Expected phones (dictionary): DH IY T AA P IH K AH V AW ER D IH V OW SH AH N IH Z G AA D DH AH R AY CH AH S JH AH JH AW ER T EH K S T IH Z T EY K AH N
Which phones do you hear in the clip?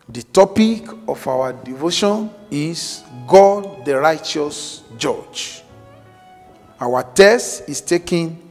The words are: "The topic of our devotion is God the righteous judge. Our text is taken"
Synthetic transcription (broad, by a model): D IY T AA P IH K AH F AW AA D IH V OW SH AH N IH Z G AA D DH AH R AY CH AH S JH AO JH AW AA T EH S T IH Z T EY K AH N